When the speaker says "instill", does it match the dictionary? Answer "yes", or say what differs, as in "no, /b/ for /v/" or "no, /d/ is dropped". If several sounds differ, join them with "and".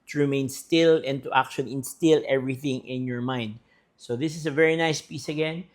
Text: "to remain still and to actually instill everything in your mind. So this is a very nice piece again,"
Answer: yes